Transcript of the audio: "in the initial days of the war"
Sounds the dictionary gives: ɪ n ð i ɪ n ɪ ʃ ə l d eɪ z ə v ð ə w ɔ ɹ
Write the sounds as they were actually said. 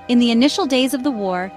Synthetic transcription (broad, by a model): ɪ n ð i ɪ n ɪ ʃ l d eɪ z ə v ð ə w ɔ ɹ